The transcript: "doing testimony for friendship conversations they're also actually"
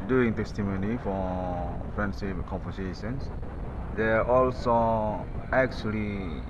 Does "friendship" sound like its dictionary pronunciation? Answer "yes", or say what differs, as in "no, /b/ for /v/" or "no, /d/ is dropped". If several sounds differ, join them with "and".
no, /s/ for /ʃ/